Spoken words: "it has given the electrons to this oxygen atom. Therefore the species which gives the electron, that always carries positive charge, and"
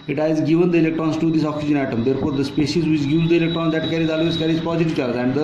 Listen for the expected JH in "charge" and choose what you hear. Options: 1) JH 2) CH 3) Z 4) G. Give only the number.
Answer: 3